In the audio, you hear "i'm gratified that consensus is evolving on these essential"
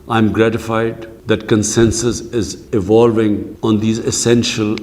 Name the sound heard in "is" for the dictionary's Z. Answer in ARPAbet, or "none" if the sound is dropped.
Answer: Z